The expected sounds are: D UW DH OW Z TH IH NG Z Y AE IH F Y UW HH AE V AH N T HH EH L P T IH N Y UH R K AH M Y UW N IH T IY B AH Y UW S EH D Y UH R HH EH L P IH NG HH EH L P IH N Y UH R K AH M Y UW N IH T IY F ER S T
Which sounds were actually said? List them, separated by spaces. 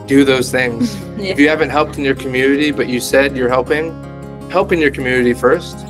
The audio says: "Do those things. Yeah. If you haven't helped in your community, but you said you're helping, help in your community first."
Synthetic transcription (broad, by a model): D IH DH OW Z TH IH NG Z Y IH HH AE V AH N T HH EH L P T IH N Y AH R K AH M Y UW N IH T IY B AH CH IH S EH D Y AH R HH EH L P IH NG HH EH L P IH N Y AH R K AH M Y UW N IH T IY F ER S T